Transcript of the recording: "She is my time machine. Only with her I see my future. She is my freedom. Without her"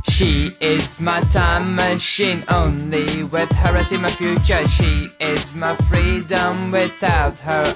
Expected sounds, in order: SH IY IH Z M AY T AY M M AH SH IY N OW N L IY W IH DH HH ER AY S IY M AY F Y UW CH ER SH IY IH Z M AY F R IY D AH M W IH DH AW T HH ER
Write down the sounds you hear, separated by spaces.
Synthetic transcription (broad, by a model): SH IY IH Z M AY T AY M M AH SH IY N OW N L IY W IH DH HH ER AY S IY M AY F Y UW CH ER SH IY IH Z M AY F R IY D AH M W IH DH AW T HH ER